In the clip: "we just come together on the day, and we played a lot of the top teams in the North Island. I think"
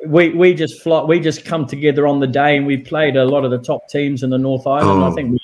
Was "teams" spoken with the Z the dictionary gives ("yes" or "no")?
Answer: yes